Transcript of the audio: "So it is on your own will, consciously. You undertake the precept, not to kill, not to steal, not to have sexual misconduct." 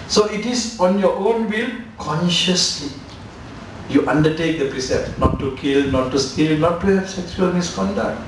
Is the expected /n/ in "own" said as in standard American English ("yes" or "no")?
yes